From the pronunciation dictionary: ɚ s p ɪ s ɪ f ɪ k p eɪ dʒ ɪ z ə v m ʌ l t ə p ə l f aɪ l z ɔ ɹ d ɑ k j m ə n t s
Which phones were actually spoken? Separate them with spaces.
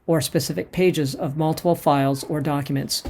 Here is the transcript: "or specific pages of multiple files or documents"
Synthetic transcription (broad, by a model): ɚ s p ɪ s ɪ f ɪ k p eɪ dʒ ɪ z ə v m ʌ l t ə p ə l f aɪ l z ɔ ɹ d ɑ k j m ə n t s